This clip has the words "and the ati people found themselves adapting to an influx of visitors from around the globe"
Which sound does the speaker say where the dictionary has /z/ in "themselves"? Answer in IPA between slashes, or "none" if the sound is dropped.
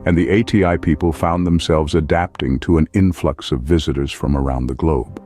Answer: /z/